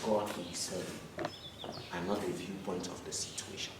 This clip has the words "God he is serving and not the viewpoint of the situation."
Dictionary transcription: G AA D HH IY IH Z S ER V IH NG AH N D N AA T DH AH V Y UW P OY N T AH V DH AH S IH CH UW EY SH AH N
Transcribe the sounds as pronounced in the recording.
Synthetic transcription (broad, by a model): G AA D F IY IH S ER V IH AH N N AA T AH V Y UW P OY N T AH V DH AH S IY CH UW EY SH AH N